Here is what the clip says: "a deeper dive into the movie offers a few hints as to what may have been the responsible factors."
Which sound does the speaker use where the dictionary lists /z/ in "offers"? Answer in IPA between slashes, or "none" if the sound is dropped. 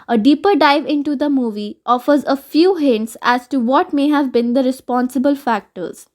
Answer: /z/